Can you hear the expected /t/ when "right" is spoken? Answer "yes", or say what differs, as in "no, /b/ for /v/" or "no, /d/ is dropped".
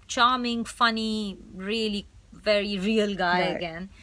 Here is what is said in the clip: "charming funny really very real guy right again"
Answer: no, /t/ is dropped